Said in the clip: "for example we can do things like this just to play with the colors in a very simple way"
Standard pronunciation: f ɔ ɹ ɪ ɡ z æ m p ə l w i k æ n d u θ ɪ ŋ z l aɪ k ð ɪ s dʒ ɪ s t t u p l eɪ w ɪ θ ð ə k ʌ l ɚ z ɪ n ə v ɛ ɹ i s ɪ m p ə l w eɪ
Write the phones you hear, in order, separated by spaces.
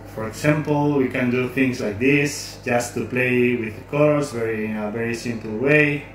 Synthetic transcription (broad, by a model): f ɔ ɹ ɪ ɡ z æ m p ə l w i k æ n d u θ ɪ ŋ s l aɪ k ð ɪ s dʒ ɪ s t t u p l eɪ w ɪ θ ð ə k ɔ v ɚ ɪ n ə v ɛ ɹ i s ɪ m p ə l w eɪ